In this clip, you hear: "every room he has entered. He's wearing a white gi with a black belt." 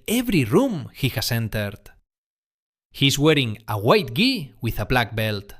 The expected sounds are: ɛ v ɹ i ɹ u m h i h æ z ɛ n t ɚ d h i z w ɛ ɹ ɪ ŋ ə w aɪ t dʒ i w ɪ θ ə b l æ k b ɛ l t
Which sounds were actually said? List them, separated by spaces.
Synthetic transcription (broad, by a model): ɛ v ɹ i ɹ u m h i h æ s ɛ n t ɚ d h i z w ɛ ɹ ɪ ŋ ə w aɪ t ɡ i w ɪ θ ə b l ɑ k b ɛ l t